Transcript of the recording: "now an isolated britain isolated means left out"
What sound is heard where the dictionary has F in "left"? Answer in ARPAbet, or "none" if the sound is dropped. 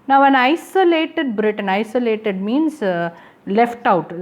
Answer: F